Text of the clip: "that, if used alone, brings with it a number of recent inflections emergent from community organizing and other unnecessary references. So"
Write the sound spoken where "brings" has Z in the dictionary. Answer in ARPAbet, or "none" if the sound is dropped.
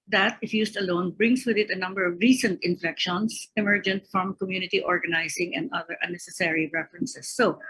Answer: S